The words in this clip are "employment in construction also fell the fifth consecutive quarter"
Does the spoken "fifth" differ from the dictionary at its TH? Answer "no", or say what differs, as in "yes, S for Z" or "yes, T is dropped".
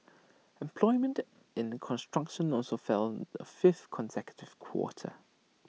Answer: no